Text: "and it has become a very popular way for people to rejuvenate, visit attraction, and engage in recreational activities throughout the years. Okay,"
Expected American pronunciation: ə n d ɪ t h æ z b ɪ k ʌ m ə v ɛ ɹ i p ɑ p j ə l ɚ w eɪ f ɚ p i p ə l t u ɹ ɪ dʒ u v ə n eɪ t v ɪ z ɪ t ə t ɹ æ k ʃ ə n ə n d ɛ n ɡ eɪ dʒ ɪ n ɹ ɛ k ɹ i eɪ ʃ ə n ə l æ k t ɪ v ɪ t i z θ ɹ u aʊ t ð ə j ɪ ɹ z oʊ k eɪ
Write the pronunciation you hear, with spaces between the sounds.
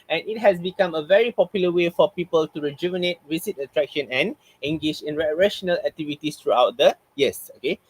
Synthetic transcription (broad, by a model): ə n ɪ t h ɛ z b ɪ k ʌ m ə v ɛ ɹ i p ɑ p j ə l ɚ w eɪ f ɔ p i p ə l t u ɹ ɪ dʒ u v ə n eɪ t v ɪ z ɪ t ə t ɹ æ k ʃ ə n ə n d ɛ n ɡ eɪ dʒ ɪ n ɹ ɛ ɹ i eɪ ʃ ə n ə l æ k t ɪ v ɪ t i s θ ɹ u aʊ t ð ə j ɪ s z oʊ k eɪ